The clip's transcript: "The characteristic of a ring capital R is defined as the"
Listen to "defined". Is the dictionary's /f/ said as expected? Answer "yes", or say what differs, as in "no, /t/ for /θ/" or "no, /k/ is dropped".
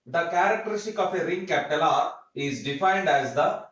yes